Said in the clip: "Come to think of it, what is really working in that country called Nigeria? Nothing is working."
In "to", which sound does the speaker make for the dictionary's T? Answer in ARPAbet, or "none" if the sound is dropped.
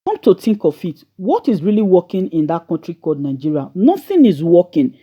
T